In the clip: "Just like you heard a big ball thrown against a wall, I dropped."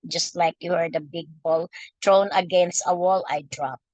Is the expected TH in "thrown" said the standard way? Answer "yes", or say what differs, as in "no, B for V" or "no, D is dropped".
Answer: no, T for TH